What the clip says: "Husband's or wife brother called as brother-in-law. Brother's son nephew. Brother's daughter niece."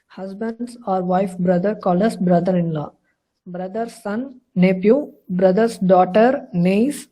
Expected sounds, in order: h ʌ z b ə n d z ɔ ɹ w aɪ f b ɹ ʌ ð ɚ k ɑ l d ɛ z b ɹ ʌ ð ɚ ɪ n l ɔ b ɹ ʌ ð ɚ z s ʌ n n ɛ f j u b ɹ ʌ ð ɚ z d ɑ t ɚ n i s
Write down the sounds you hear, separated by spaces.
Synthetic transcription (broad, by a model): h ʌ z b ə n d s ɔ ɹ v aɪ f b ɹ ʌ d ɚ k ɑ l ʌ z b ɹ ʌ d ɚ ɪ n l ɔ b ɹ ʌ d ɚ s ʌ n n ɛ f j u b ɹ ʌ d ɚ s d ɑ t ɚ n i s